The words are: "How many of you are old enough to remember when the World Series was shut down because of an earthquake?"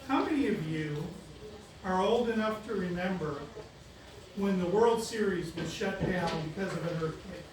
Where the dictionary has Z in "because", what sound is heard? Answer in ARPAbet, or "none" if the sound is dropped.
Z